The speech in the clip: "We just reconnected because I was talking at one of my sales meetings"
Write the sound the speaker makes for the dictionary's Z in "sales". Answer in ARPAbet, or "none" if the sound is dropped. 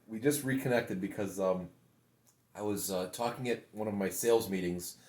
Z